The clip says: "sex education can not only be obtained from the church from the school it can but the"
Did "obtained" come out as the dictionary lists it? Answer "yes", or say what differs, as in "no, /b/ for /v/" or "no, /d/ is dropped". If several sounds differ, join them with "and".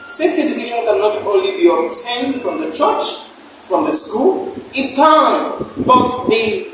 no, /b/ is dropped